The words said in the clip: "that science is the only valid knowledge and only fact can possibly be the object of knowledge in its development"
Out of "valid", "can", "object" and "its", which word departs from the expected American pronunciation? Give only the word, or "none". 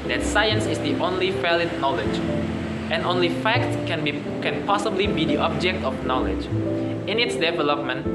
valid